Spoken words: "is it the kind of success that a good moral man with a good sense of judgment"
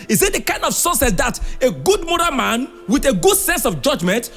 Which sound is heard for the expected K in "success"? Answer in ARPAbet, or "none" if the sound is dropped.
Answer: none